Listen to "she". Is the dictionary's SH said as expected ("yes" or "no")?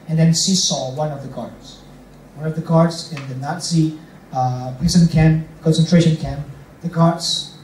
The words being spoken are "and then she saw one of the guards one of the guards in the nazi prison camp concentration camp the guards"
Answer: no